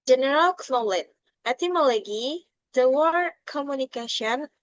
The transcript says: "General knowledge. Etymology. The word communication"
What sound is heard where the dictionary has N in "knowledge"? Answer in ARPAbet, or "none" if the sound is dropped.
L